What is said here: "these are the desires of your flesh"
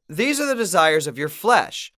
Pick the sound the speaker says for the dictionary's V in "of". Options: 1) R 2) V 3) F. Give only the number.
2